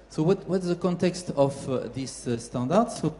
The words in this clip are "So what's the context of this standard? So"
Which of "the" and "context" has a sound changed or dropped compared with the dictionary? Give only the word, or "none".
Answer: none